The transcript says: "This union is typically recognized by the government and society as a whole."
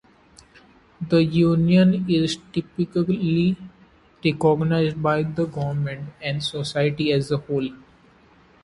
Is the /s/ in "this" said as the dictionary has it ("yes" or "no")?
no